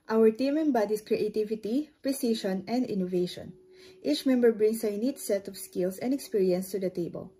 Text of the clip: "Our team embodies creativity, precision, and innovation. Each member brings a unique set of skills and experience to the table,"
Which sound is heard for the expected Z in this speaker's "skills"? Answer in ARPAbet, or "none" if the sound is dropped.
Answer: S